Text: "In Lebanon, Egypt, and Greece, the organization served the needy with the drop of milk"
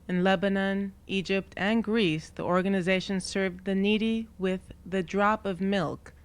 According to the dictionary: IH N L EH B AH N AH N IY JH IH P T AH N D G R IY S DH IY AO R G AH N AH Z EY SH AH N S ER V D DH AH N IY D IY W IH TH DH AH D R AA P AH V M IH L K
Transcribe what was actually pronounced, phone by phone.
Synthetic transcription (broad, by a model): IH N L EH B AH N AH N IY JH IH P T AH N G R IY S DH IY AO R G AH N AH Z EY SH AH N S ER V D DH AH N IY D IY W IH DH AH D R AA P AH V M IH L K